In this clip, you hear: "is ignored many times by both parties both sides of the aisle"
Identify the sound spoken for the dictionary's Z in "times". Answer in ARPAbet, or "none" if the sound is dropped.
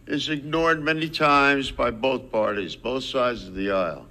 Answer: Z